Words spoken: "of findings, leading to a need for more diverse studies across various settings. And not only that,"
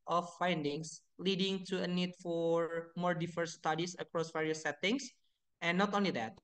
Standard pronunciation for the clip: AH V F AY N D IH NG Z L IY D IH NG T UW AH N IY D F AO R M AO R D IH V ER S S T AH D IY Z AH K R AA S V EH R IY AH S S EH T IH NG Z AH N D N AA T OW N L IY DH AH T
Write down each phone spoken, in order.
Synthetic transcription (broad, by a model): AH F AY N D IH NG S L IY D IH NG T UW AH N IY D F AO R M AO R D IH F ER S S T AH D IY S AH K R AA S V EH R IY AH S S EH T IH NG S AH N N AA T OW N L IY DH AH T